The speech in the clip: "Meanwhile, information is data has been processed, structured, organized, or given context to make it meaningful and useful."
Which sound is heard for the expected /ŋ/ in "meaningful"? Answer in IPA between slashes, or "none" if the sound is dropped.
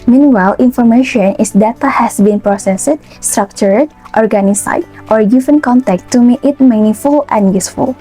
none